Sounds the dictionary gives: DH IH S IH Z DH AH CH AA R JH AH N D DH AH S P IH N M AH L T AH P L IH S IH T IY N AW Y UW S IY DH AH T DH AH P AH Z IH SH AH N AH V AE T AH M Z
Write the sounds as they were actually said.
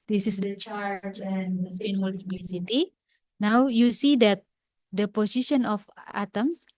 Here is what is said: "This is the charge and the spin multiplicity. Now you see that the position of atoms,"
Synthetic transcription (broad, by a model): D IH S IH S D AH CH AA R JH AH N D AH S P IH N M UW L T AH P L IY S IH T IY N AW Y UW S IY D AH T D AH P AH S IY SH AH N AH F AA T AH M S